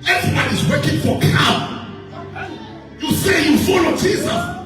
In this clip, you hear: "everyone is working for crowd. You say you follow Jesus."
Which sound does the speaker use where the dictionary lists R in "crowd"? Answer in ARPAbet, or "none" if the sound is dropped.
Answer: none